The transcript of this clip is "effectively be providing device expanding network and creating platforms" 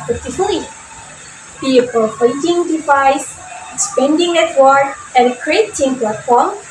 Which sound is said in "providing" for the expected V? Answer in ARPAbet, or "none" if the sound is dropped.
F